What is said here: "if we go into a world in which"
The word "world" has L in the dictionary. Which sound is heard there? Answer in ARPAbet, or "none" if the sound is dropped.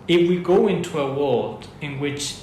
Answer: none